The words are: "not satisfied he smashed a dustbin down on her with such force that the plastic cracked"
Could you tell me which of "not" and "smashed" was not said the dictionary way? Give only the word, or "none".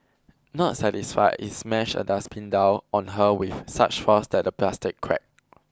smashed